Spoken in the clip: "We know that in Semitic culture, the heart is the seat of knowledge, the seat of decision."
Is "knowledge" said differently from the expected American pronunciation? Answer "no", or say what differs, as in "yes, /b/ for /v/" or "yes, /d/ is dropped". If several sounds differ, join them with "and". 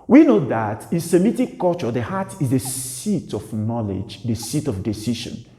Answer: no